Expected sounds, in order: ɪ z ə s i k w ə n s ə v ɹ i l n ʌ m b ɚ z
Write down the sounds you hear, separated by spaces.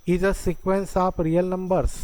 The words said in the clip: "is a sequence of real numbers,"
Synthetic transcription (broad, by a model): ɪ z ə s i k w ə n s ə p ɹ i l n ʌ m b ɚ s